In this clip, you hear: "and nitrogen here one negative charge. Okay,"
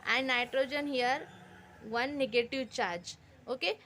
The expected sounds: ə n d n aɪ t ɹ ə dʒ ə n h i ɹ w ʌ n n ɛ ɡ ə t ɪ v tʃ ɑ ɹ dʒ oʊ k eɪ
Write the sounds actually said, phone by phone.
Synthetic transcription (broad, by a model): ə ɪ n aɪ t ɹ ə dʒ ə n h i ɹ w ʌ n n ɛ ɡ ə t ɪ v tʃ ɑ ɹ dʒ oʊ k eɪ